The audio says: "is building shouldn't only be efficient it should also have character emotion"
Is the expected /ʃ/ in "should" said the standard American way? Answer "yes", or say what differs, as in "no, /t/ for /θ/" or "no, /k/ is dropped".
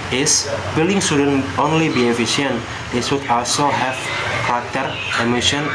no, /s/ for /ʃ/